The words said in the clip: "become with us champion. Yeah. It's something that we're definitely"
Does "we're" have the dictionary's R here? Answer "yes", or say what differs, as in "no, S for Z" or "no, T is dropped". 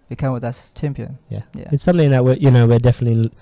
no, W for R